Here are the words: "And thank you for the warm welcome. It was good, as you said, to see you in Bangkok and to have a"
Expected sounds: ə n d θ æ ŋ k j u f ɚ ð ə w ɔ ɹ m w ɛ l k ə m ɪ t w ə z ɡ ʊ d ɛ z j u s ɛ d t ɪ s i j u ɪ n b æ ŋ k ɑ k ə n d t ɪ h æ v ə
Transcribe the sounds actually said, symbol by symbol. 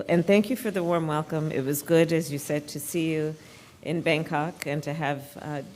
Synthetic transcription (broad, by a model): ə n θ æ ŋ k j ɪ f ɚ ð ə w ɔ ɹ m w ɛ l k ə m ɪ t w ə z ɡ ʊ d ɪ z j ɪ s ɛ d t ɪ s i j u ɪ n b æ ŋ k ɑ k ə n t ɪ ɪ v